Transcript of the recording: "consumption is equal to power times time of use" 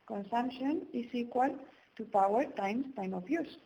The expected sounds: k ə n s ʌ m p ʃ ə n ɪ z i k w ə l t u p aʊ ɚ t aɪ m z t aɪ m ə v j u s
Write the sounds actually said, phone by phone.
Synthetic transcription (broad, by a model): k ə n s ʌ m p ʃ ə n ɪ s i k w ə l t u p aʊ ɚ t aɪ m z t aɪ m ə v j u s